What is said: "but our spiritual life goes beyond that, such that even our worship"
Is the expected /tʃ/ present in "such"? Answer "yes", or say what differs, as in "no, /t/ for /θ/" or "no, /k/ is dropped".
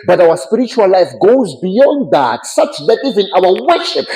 yes